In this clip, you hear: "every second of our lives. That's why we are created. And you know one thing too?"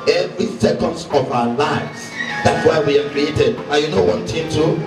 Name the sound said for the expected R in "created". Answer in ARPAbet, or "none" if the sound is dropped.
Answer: R